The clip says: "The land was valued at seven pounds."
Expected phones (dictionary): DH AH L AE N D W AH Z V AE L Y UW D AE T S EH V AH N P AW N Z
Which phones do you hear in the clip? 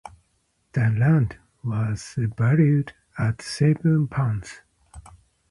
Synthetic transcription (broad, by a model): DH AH L AE N D W AH Z B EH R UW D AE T S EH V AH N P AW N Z